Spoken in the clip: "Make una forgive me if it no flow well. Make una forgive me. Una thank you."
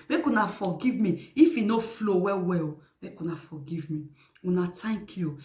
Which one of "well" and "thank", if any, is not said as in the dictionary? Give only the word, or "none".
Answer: thank